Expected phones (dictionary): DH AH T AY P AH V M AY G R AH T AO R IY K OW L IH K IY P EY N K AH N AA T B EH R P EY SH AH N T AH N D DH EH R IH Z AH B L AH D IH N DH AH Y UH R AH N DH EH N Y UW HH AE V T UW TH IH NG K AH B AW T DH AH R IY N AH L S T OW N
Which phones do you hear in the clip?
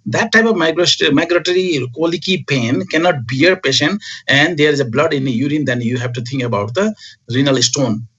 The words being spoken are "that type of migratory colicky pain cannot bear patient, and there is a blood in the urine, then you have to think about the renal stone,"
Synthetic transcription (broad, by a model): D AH T AY P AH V M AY G R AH T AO R IY K OW L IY K IY P EY N K AH N AA T B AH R P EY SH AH N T AH N D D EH R IH Z AH B L AH D IH N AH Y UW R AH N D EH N Y UW HH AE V T UW T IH NG K AH B AW T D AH R IY N AH L S T OW N